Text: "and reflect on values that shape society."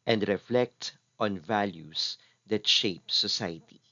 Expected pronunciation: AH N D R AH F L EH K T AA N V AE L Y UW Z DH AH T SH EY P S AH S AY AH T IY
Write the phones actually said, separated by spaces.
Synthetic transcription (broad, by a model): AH N D R AH F L EH K T AA N V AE L Y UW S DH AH T SH EY P S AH S AY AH T IY